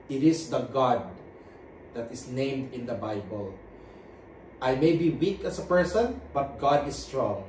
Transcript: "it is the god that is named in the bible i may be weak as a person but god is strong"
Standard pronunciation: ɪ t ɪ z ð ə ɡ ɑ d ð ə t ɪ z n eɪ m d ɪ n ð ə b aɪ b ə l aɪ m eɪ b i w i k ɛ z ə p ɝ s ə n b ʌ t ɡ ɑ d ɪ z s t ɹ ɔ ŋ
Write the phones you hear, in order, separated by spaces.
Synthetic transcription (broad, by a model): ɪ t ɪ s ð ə ɡ ɑ d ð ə t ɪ s n eɪ m d ɪ n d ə b aɪ b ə l aɪ m eɪ b i w i k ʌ s ə p ɝ s ə n b ʌ t ɡ ɑ d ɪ s t ɹ ɔ ŋ